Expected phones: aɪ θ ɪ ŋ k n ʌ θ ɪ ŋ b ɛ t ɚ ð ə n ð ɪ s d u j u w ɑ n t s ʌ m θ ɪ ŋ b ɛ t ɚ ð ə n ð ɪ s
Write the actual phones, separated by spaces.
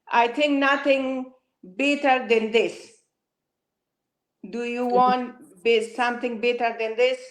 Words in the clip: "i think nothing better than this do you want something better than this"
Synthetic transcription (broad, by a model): aɪ t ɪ ŋ k n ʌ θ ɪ ŋ b ɛ t ɚ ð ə n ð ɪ s d u j u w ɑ n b s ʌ m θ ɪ ŋ b ɛ t ɚ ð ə n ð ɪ s